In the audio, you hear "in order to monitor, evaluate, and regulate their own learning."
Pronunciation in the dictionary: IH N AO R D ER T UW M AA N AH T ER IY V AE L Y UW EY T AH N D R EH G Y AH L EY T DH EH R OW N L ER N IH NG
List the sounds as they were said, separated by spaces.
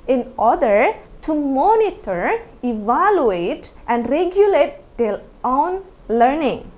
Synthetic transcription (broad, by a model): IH N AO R D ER T UW M AA N AH T ER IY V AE L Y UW EY T AH N D R EH G Y AH L EY T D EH L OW N L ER N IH NG